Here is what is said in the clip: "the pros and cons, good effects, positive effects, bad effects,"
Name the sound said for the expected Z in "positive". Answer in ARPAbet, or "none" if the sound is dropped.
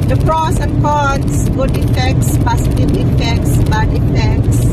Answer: S